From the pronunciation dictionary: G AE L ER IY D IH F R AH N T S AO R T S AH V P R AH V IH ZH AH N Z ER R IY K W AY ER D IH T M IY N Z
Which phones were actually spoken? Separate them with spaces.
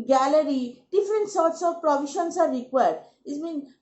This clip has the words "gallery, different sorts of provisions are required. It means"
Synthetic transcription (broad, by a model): G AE L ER IY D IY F R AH N T S AO R T S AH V P R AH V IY SH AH N S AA R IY K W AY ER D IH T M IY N